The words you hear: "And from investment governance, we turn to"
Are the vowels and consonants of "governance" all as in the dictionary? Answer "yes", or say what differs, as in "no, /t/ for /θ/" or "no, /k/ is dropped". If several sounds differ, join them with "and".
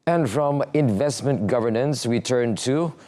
yes